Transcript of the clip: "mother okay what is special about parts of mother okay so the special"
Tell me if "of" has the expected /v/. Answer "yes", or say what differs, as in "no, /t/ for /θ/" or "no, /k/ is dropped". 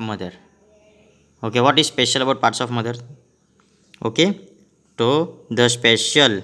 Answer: no, /p/ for /v/